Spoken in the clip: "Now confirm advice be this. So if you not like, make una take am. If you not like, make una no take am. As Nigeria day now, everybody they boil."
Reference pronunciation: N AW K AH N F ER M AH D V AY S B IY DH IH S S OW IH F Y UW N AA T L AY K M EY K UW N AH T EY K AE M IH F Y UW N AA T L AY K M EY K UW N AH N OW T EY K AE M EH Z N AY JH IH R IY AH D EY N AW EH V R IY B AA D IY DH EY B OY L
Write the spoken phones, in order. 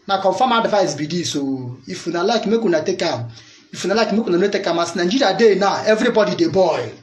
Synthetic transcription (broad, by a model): N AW K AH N F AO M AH D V AY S B IY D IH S S OW IH F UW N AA L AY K M EY K UW N AH T EY K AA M IH F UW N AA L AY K M EY K UW N AH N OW T EY K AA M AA S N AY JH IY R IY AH D EY N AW EH V R IY B AA D IY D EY B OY